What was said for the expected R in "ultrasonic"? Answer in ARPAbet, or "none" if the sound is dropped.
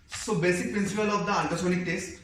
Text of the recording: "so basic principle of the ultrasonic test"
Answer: none